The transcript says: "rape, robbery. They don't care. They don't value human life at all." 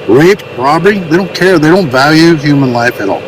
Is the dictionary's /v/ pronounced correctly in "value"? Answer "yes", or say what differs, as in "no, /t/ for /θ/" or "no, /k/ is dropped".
yes